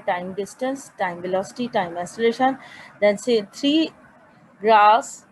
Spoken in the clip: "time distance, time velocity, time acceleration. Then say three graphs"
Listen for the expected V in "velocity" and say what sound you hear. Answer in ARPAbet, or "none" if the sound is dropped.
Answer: V